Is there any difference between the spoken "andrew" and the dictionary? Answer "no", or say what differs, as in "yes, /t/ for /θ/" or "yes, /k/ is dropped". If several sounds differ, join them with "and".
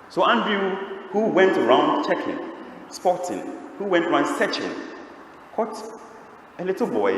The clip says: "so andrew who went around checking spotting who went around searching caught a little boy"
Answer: yes, /ɹ/ is dropped